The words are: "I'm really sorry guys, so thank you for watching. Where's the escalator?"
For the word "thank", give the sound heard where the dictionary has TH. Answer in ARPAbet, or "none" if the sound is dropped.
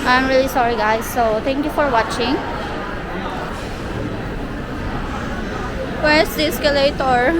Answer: T